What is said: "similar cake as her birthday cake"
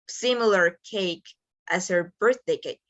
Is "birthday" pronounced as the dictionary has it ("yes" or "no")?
yes